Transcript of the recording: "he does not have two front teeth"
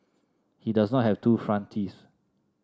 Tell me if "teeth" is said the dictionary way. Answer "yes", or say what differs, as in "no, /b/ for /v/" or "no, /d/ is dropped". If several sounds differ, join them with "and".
no, /s/ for /θ/